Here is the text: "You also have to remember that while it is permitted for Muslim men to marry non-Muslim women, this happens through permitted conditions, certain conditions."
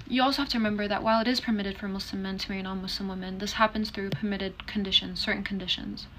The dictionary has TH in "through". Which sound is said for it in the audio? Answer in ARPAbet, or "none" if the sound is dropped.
TH